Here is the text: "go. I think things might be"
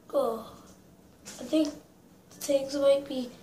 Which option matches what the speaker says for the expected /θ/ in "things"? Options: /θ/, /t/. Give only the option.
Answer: /t/